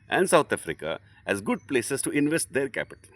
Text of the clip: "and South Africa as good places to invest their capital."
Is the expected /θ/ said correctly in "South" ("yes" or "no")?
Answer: no